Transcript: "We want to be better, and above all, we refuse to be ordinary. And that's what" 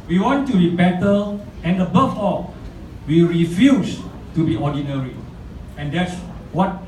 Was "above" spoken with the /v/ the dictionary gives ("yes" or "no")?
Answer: no